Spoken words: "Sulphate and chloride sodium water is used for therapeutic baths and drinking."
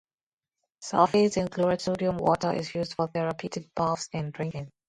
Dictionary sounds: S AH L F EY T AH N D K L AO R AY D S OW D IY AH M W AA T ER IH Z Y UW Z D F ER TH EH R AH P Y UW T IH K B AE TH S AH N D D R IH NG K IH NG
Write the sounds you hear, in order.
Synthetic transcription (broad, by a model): S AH F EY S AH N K L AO R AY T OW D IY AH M W AA T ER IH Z Y UW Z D F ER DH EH R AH P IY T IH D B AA F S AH N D D R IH NG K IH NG